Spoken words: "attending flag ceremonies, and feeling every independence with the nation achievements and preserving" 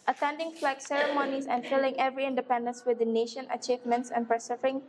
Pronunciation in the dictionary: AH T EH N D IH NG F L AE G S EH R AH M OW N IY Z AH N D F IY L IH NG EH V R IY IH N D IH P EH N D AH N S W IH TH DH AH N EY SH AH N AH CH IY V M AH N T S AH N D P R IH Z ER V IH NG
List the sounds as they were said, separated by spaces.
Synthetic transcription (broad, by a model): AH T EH N D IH NG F L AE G S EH R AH M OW N IY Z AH N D F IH L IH NG EH V R IY IH N D IH P EH N D AH N S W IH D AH N EY SH AH N AH CH IY V M AH N T S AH N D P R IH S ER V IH NG